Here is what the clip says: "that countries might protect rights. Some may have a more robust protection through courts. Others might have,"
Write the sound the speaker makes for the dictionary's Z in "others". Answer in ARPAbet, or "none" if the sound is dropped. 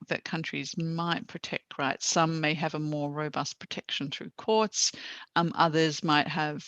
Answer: Z